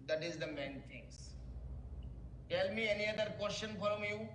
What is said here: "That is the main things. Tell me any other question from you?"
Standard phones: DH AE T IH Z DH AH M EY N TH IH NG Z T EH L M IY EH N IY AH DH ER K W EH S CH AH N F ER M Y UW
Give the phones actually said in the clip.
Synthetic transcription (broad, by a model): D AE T IH Z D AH M EY N T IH NG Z T EH L M IY EH N IY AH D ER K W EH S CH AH N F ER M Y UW